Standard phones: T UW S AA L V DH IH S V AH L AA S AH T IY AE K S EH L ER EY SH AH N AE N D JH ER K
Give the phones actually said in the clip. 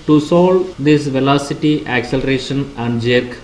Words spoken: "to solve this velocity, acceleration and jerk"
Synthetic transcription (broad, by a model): T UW S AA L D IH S V AH L AA S AH T IY AE K S EH L ER EY SH AH N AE N D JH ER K